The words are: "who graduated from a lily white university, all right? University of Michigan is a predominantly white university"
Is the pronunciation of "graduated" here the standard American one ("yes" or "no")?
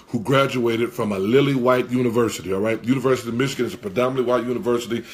yes